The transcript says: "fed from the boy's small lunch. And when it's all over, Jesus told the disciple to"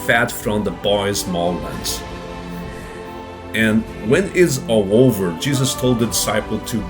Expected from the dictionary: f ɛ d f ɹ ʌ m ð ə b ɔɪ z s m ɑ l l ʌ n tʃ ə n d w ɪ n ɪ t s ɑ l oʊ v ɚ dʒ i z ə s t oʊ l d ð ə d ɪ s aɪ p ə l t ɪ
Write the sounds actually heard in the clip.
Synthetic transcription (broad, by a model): f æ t f ɹ ʌ m ð ə b ɔɪ z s m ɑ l w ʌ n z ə n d w ɪ n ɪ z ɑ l oʊ v ɚ dʒ i z ə s t oʊ l d ð ə d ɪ s aɪ p l t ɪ